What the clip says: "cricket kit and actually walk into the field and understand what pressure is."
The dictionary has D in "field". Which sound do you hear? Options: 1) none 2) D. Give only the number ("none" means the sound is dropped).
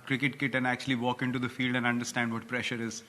2